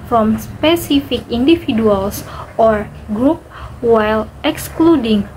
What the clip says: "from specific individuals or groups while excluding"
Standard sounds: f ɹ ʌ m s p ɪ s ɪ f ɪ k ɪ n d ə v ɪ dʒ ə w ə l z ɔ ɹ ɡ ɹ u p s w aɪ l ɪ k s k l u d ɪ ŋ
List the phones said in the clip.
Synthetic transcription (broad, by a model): f ɹ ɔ m s p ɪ s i f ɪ k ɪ n d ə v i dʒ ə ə l s ɔ ɹ ɡ ɹ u p w aɪ l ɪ k s k l u d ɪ ŋ